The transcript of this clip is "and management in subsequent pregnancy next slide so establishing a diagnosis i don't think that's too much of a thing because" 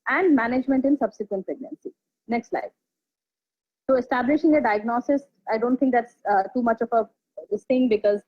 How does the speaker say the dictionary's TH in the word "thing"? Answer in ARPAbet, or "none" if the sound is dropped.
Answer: S